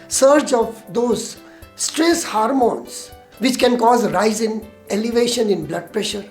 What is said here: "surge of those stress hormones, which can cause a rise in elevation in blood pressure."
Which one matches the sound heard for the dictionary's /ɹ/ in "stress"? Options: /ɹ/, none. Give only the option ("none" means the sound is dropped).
/ɹ/